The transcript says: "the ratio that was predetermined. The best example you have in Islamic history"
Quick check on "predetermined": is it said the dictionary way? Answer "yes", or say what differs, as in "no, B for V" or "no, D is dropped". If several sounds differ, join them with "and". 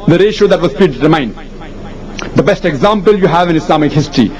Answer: no, M is dropped